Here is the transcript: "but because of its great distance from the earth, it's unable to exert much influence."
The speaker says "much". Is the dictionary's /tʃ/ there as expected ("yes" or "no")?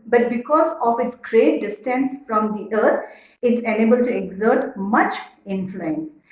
yes